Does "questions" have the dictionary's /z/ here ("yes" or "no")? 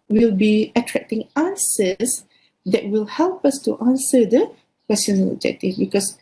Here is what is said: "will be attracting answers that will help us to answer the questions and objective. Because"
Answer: no